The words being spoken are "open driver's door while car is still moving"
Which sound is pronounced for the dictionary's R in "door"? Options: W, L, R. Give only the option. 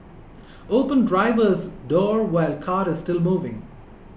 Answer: R